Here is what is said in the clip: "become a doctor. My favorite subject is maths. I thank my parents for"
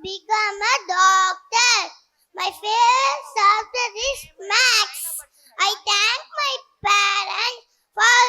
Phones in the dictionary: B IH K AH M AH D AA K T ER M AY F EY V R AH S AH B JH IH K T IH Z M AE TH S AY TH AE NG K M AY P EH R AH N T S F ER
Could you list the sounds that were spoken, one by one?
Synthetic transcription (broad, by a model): B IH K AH M AH D AA K T ER M AY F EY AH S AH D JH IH T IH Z M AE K S AY T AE NG K M AY P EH R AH N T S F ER